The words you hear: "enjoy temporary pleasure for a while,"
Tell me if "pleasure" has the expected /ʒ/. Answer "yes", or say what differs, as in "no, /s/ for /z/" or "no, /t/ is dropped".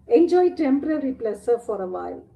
no, /s/ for /ʒ/